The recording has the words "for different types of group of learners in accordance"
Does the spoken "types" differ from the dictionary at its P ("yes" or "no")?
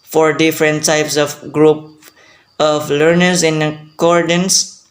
no